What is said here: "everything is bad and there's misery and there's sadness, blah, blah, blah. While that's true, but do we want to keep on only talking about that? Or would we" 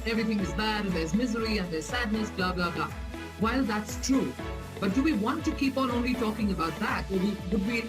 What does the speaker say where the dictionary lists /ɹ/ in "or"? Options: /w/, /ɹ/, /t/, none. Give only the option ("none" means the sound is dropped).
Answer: /w/